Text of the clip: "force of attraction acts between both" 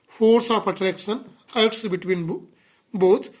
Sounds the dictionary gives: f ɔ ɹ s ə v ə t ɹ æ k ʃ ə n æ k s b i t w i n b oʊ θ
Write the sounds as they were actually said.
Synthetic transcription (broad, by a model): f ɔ ɹ s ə p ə t ɹ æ k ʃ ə n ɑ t s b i t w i n b oʊ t